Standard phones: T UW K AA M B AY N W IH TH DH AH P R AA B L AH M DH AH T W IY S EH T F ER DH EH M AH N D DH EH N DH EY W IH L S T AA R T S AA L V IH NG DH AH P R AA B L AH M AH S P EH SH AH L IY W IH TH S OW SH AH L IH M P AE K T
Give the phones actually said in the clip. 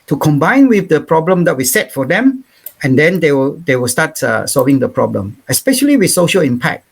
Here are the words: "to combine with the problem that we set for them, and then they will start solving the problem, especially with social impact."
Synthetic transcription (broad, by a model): T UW K AA M B AY N W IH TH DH AH P R AA B L AH M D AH T W IY S EH T F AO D EH M AH N D EH N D EY W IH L S T AA T S AA L V IH NG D AH P R AA B L AH M AH S P EH SH AH L IY W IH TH S OW SH AH L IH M P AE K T